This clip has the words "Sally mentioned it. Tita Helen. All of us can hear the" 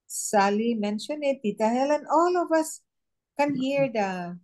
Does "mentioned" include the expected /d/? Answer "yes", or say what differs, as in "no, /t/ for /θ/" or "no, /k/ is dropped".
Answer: no, /d/ is dropped